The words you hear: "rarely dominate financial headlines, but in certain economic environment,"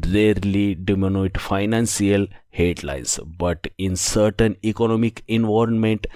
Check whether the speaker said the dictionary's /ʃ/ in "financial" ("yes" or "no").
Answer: no